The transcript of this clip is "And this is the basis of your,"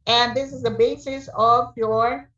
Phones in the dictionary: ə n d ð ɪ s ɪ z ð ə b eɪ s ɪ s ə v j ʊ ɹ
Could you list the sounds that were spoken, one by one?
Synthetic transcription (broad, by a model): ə n ð ɪ s ɪ z ð ə b eɪ s ɪ s ə v j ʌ ɹ